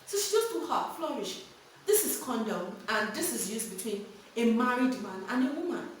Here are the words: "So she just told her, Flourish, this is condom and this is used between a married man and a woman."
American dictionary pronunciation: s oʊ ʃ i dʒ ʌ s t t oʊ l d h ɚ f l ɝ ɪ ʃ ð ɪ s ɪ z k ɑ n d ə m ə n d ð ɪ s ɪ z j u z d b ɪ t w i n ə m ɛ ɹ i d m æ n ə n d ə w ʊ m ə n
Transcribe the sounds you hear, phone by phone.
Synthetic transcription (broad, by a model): s oʊ ʃ i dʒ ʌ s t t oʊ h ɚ f l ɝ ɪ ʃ ð ɪ s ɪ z k ɑ n d ə m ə n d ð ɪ s ɪ z j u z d b ɪ t w i n ə m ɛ ɹ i d m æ n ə n ə w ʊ m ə n